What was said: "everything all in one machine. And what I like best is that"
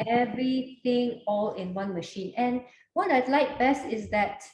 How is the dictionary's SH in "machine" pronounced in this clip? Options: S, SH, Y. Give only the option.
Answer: SH